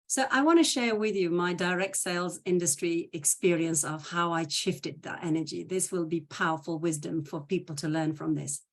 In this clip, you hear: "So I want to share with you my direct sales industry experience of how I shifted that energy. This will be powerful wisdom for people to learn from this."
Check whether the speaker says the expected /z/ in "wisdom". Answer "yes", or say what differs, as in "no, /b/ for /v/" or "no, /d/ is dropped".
yes